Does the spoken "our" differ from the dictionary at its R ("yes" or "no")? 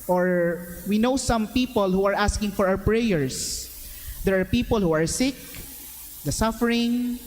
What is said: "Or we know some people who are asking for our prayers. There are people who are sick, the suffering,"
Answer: yes